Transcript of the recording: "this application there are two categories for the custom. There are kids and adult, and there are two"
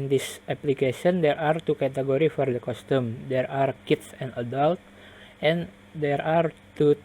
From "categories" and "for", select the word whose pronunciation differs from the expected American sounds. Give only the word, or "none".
categories